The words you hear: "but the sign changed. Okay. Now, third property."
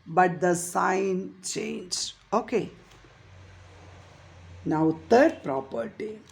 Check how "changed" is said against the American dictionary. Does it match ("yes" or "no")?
no